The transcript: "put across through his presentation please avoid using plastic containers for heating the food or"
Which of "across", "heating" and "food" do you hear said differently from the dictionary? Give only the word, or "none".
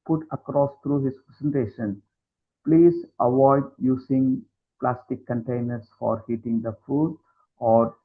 none